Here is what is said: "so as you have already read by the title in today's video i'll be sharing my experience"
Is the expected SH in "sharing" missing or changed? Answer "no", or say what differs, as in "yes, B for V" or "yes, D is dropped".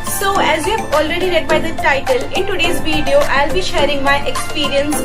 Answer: no